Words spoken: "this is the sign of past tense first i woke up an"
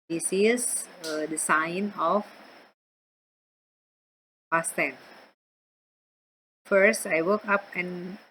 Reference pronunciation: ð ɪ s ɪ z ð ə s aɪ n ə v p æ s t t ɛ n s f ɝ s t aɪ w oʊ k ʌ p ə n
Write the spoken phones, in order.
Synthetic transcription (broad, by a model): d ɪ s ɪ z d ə s aɪ n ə f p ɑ s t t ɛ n f ɝ s t aɪ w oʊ k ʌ p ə n